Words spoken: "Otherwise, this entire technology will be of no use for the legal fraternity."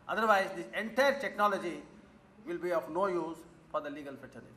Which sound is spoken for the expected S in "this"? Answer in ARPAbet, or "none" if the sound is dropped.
none